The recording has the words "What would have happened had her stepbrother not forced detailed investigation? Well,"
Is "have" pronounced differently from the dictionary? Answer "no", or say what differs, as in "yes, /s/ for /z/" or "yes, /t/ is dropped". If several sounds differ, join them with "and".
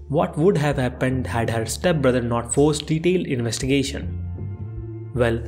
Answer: no